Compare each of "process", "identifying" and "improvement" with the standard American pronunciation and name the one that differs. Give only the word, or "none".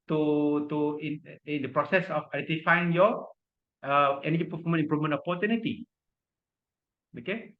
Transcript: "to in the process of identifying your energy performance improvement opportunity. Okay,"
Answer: improvement